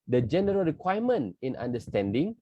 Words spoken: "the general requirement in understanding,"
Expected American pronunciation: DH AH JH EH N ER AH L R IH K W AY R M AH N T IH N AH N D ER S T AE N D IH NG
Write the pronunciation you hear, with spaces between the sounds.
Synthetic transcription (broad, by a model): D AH JH EH N ER AH L R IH K W AY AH M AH N IH N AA N D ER S T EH N D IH NG